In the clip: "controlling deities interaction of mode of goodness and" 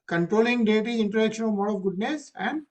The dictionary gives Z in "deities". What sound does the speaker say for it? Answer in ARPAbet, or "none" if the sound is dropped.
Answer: none